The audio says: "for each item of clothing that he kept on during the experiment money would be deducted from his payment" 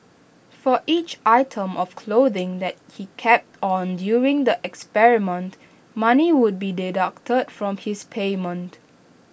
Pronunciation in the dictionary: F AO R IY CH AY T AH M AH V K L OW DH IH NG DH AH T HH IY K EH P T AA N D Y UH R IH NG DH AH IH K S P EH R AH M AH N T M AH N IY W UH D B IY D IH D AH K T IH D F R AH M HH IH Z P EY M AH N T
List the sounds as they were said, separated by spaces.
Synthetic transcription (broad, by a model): F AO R IY CH AY T AH M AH F K L OW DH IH NG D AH T HH IY K EH P T AA N D Y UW R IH NG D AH IH K S P EH R AH M AH N T M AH N IY W UH D B IY D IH D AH K T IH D F R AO M HH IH S P EY M AH N T